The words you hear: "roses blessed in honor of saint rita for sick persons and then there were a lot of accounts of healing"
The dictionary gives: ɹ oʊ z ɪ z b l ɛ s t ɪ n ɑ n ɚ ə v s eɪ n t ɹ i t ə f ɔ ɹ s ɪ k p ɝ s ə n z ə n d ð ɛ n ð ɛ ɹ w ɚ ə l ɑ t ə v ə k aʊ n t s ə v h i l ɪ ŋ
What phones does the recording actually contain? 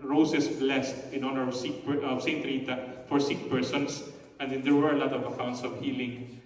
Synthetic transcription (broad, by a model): ɹ oʊ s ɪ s b l ɛ s t ɪ n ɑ n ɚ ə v s eɪ n t ɹ i t ə f ɔ ɹ s ɪ k p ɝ s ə n s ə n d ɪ n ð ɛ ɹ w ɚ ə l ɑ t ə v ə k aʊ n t s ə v h i l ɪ ŋ